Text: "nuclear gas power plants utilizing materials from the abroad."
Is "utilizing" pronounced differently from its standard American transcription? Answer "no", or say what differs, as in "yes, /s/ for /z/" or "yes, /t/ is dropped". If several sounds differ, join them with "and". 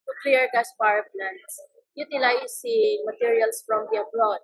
yes, /s/ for /z/